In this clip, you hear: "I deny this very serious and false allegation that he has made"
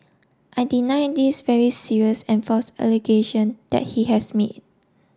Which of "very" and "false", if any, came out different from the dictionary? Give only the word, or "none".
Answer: false